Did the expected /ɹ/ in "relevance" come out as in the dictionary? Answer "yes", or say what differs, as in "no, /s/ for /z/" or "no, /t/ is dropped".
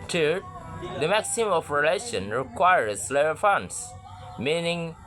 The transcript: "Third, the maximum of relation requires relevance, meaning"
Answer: no, /l/ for /ɹ/